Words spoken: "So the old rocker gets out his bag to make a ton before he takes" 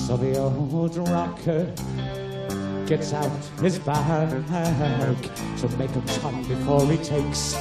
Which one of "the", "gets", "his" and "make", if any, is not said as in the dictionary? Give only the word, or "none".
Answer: none